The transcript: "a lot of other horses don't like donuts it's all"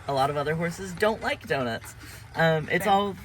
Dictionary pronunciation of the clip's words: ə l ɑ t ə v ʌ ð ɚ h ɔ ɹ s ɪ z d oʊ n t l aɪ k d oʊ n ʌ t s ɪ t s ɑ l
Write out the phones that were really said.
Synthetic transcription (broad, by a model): ə l ɑ t ə v ʌ ð ɚ h ɔ ɹ s ɪ z d oʊ n t l aɪ k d oʊ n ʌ t s ɪ t s ɑ l